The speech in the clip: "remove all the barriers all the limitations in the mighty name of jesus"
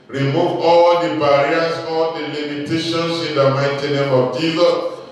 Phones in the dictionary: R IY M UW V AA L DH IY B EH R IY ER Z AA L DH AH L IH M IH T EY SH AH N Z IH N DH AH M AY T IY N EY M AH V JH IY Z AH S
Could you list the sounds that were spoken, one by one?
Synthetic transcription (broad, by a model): R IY M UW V AA L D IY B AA R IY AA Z AA L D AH L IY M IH T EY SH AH N S IH N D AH M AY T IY N EY M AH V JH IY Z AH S